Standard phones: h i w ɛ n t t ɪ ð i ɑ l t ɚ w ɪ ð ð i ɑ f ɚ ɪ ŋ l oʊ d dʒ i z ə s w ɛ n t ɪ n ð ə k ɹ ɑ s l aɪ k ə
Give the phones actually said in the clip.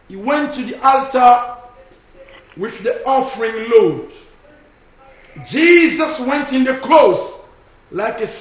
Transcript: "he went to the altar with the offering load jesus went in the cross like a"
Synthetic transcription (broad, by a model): h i w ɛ n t t ɪ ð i ɑ l t ɚ w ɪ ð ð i ɑ f ɚ ɪ ŋ l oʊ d dʒ i z ə s w ɛ n t ɪ n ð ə k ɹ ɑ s l aɪ k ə